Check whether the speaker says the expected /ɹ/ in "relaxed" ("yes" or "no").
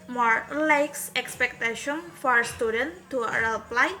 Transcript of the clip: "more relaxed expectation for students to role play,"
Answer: no